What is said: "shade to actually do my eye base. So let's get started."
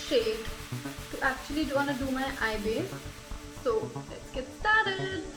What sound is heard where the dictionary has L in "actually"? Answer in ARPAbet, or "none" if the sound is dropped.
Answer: W